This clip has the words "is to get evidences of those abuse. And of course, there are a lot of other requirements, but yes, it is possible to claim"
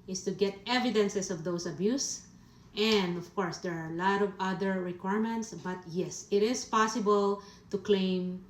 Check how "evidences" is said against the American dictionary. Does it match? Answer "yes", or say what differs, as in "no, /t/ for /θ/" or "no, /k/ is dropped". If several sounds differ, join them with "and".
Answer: no, /s/ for /z/